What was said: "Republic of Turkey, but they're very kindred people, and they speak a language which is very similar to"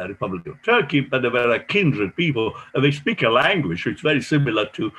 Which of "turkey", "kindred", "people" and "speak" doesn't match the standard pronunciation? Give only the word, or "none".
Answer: none